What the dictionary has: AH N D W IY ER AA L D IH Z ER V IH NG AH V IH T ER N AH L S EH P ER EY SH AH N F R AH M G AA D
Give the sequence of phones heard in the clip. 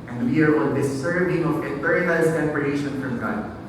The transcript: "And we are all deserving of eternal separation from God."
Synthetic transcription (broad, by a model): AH N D W IY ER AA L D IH S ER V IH NG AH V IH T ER AH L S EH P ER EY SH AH N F R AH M G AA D